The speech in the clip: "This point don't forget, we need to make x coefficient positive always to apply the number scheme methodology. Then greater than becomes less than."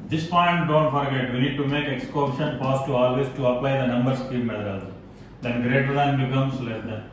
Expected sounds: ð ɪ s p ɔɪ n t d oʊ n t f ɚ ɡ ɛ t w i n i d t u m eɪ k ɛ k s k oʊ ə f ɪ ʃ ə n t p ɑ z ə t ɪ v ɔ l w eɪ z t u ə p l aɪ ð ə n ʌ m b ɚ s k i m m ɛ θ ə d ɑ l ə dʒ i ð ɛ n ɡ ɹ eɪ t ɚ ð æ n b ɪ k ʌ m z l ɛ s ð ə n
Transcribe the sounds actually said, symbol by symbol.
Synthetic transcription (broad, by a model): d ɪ s p ɔɪ n t d oʊ n t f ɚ ɡ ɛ t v i n i d t u m eɪ k ɛ k s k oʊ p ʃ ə n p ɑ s t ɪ ɔ l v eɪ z t u ə p l aɪ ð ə n ʌ m b ɚ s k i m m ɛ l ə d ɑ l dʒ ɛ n ɡ ɹ eɪ t ɚ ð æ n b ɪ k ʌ m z l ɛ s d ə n